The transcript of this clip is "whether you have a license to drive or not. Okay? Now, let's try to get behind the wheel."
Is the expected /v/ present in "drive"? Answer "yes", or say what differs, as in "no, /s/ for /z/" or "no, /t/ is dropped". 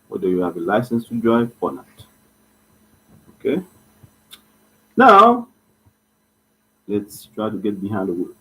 no, /f/ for /v/